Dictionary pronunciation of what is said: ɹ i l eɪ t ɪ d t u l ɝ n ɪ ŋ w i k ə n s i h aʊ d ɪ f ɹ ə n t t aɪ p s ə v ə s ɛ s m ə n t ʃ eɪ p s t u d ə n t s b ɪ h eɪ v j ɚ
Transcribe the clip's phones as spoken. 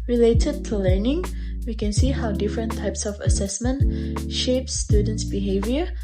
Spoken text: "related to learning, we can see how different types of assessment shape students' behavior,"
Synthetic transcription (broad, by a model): ɹ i l eɪ t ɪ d t u l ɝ n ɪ ŋ w i k ə n s i h aʊ d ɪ f ɹ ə n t t aɪ p s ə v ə s ɛ s m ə n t ʃ eɪ p s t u d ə n t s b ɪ h eɪ v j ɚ